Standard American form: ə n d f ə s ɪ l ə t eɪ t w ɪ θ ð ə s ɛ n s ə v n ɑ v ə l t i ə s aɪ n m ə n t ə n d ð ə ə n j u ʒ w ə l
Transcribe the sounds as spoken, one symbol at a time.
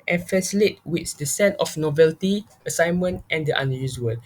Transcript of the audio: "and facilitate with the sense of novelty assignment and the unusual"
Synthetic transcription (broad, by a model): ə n f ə s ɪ l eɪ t w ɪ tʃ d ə s ɛ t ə f n ɑ v ə l t i ə s aɪ n m ə n t ə n d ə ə n j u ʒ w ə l